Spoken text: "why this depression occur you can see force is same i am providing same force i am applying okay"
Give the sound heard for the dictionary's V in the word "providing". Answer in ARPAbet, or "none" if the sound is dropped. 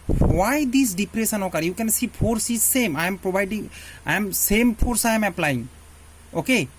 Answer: B